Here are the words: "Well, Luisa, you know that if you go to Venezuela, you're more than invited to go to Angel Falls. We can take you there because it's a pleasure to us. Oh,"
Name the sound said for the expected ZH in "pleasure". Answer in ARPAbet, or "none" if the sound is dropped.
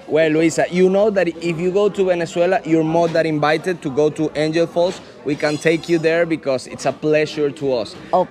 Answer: SH